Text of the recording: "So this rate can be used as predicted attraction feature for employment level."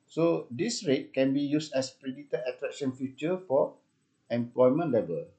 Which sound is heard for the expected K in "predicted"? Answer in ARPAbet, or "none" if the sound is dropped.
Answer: none